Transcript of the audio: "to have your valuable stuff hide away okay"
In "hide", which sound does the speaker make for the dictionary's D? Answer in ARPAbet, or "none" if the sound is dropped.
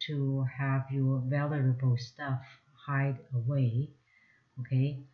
D